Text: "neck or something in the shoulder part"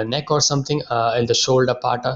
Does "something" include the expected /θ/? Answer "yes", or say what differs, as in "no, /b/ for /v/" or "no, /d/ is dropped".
no, /t/ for /θ/